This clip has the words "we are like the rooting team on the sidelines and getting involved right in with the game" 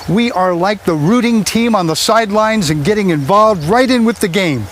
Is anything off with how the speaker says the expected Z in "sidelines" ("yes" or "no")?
no